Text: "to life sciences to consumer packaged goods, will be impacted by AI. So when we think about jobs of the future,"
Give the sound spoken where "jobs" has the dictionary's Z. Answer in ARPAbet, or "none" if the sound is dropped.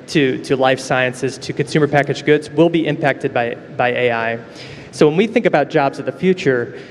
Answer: Z